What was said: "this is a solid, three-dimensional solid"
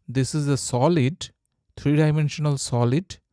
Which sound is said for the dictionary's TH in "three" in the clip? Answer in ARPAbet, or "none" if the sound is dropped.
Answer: T